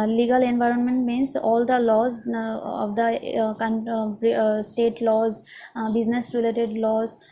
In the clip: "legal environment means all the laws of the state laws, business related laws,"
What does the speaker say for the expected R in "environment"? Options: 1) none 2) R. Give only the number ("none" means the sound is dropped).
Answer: 2